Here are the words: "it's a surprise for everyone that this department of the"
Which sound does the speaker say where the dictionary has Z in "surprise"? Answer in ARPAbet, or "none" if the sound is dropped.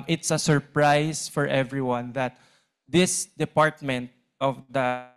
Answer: S